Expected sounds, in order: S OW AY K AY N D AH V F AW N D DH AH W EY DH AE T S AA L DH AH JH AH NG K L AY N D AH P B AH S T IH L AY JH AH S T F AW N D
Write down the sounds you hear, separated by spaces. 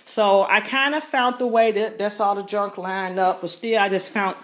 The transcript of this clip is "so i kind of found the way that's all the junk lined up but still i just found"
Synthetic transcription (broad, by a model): S OW AY K AY N D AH F AW N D DH AH W EY DH AE T S AA L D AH JH AH NG K L AY N AH P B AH S T IH L AY JH AH S T F AW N